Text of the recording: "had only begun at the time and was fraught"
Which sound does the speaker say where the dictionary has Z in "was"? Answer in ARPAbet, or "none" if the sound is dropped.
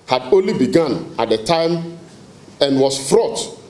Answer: S